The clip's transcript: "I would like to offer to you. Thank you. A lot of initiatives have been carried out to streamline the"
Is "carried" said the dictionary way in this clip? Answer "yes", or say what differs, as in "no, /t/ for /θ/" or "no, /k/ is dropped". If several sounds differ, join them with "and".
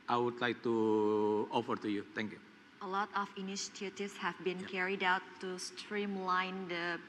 yes